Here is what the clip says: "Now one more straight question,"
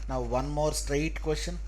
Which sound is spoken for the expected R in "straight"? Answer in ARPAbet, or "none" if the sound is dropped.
R